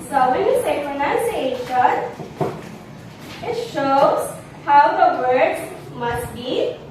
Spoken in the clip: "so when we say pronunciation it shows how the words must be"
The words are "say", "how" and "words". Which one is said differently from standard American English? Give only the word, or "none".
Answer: words